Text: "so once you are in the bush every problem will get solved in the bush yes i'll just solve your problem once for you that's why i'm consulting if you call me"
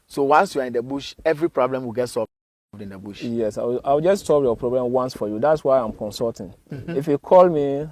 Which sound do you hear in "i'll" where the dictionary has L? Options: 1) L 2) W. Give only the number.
2